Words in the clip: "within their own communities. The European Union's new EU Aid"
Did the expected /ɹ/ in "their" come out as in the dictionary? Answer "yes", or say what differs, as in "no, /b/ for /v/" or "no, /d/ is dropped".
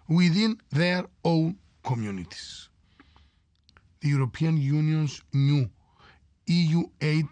yes